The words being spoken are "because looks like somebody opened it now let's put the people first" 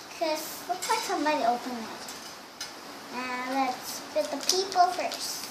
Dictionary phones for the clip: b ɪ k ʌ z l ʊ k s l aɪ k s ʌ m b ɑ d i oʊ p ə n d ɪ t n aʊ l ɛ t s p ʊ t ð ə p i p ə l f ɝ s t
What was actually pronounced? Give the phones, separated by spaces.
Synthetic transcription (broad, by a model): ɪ k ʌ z w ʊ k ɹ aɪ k s ʌ m b ɑ d i oʊ p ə n ɪ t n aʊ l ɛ t s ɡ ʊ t ð ə p i p l f ɝ s t